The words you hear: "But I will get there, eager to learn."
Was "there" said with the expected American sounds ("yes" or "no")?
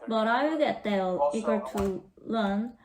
no